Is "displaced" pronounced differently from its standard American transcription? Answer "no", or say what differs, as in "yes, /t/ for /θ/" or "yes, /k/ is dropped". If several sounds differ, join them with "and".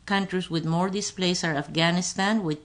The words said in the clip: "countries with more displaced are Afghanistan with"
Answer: yes, /t/ is dropped